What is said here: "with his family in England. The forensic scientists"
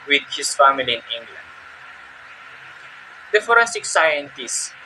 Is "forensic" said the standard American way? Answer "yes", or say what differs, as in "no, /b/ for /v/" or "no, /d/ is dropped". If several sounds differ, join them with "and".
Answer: no, /n/ is dropped